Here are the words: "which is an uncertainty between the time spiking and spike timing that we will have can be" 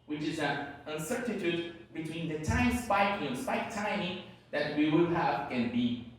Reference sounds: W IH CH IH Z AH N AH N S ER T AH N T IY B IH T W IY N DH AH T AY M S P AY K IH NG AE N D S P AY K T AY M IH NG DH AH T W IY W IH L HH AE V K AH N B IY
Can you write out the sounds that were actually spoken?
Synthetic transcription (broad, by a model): W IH CH IH Z AH N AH N S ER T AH T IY B IH T W IY N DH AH T AY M S P AY K IH NG S P AY K T AY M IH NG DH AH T W IY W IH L HH AE V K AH N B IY